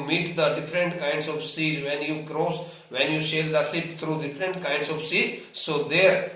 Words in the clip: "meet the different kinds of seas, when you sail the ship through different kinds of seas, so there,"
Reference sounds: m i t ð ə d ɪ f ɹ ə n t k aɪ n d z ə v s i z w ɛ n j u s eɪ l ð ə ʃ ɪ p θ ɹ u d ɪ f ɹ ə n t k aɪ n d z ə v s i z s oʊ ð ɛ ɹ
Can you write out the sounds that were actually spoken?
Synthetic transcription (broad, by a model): m i t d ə d ɪ f ɹ ə n t k aɪ n d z ə v s i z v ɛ n j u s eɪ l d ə s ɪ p t ɹ u d ɪ f ɹ ə n t k aɪ n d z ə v s i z s oʊ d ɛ ɹ